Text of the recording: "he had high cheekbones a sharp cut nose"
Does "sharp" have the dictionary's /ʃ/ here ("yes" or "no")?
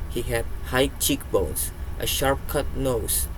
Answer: yes